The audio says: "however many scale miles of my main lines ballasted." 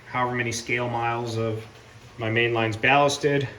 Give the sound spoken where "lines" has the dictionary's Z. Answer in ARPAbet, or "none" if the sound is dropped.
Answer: Z